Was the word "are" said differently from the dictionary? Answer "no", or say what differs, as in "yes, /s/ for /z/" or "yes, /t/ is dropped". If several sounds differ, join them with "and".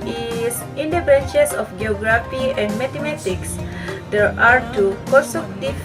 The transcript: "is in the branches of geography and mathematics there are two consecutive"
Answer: no